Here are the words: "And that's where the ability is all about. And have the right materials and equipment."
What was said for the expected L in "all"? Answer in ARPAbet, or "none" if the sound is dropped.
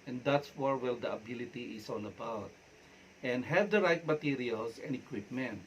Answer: N